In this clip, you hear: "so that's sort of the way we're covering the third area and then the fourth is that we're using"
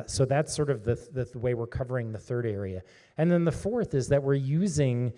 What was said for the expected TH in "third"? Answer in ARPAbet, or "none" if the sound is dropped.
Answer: TH